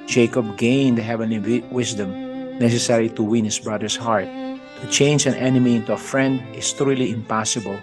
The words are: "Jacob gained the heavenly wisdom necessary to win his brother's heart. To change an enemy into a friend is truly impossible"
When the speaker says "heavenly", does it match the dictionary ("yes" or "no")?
yes